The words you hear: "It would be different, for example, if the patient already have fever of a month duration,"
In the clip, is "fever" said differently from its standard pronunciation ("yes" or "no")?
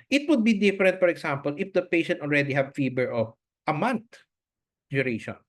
yes